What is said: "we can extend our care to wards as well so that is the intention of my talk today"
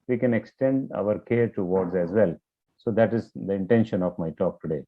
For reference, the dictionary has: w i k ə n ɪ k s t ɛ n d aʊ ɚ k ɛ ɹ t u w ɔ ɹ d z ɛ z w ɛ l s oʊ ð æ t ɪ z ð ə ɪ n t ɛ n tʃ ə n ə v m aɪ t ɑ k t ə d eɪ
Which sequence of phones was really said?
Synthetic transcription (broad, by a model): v i k ə n ɪ k s t ɛ n d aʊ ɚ k ɛ ɹ t u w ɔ ɹ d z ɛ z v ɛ l s oʊ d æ t ɪ z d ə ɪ n t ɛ n ʃ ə n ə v m aɪ t ɑ k t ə d eɪ